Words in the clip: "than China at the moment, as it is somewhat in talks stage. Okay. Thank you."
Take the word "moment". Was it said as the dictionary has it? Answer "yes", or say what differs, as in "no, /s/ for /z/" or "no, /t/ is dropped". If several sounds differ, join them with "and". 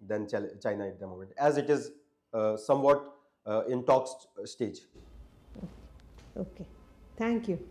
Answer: no, /n/ is dropped